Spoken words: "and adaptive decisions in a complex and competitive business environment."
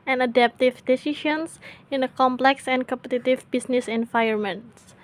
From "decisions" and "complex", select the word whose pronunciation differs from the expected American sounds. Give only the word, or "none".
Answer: decisions